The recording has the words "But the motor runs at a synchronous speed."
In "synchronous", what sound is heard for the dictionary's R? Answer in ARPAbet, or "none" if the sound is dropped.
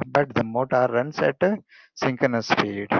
none